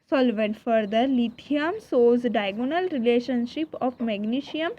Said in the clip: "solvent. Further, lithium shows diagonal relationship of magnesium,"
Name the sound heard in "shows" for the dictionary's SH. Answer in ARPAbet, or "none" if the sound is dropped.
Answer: S